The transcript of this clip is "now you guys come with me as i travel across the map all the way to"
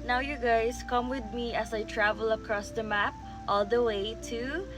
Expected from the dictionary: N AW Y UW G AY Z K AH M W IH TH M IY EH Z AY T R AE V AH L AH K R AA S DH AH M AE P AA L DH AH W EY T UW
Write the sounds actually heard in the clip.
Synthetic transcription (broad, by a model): N AW Y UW G AY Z K AH M W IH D M IY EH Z AY T R AE V AH L AH K R AA S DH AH M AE P AA L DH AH W EY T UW